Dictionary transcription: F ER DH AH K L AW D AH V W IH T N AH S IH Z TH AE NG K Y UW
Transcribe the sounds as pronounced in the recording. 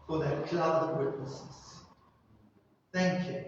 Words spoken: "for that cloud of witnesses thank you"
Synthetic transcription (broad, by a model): F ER DH AH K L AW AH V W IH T N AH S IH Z TH AE NG K Y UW